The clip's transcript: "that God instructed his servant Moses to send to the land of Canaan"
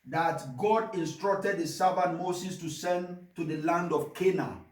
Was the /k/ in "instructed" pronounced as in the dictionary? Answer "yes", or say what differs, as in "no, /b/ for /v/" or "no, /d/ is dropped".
yes